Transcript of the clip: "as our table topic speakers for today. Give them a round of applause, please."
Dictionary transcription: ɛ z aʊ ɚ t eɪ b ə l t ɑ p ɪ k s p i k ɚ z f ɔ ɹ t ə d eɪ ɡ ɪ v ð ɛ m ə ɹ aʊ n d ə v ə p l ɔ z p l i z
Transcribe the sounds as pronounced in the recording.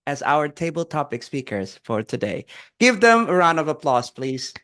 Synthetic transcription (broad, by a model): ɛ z aʊ ɚ t eɪ b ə l t ɑ p ɪ k s p i k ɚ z f ɔ ɹ t ə d eɪ ɡ ɪ v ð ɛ m ə ɹ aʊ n ə v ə p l ɔ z p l i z